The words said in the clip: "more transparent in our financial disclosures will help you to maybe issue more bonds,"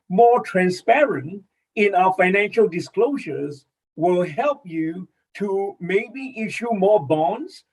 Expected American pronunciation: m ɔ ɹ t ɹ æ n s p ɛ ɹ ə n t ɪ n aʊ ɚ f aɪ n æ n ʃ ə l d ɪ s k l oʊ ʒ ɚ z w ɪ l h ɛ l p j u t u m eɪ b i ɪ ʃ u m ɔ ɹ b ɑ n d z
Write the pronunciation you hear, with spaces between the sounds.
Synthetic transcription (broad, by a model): m ɔ ɹ t ɹ æ n s p ɛ ɹ ə n t ɪ n aʊ ɚ f aɪ n æ n ʃ ə l d ɪ s k l oʊ ʒ ɚ z w ɪ l h ɛ l p j u t u m eɪ b i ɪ ʃ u m ɔ ɹ b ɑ n d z